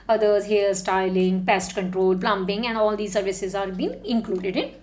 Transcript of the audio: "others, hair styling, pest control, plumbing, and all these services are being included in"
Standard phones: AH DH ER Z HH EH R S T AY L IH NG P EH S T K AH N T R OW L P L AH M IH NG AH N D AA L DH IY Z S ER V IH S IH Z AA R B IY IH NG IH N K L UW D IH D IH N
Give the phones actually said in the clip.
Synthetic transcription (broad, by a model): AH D ER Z HH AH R S T AY L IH NG P EH S T K AH N T R OW L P L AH M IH NG AH N D AA L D IY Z S ER V IH S IH Z AA R B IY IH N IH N K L UW D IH D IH N